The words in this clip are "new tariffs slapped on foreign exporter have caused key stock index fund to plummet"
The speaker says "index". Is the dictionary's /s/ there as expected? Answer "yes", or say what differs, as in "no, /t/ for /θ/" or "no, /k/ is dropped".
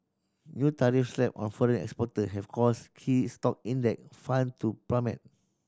no, /s/ is dropped